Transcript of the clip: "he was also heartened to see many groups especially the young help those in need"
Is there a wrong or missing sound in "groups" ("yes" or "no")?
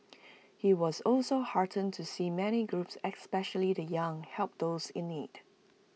no